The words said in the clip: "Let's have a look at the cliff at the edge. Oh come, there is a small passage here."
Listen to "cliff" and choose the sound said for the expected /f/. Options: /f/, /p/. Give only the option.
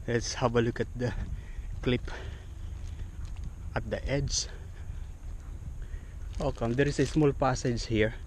/p/